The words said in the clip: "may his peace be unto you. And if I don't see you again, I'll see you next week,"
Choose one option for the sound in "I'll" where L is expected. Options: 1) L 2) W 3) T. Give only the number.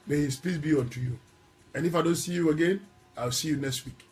2